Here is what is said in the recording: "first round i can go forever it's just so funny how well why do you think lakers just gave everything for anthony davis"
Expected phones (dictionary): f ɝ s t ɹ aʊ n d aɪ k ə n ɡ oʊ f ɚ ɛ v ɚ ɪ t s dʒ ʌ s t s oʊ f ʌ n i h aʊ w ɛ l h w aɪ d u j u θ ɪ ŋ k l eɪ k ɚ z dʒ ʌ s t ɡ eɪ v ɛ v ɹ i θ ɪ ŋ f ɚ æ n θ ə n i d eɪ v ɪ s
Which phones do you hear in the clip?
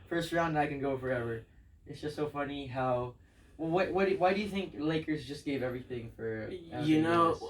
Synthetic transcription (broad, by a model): f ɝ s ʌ ɹ aʊ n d aɪ k ə n ɡ oʊ f ɚ ɛ v ɚ ɪ t s dʒ ʌ s t s oʊ f ʌ n i h aʊ w ɛ l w w aɪ d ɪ j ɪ θ ɪ ŋ k l eɪ k ɚ z dʒ ʌ s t ɡ eɪ v ɛ v ɹ i θ ɪ ŋ f ɚ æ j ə n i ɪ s